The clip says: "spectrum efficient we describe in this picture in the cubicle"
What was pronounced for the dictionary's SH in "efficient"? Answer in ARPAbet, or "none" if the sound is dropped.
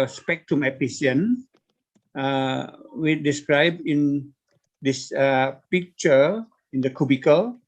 S